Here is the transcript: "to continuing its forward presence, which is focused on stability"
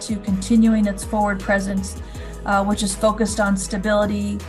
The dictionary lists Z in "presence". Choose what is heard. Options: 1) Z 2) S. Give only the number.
1